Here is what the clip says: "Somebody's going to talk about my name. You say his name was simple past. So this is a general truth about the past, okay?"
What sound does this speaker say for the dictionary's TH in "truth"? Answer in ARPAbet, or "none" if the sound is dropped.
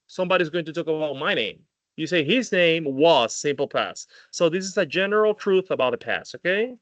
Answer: TH